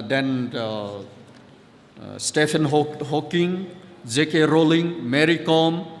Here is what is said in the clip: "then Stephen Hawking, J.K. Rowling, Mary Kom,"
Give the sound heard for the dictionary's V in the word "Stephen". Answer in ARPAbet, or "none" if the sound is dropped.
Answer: P